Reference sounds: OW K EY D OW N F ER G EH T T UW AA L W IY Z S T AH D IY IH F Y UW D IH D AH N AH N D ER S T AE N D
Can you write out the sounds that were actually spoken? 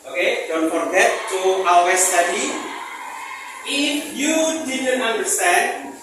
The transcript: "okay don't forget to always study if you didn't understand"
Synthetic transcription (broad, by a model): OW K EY D OW N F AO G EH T T UW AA W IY S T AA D IY IH F Y UW D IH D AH N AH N D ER S T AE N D